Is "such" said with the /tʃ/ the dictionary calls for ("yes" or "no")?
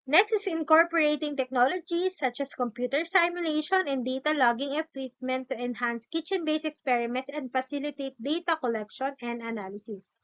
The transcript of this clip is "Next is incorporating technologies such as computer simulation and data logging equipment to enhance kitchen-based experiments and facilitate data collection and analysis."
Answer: yes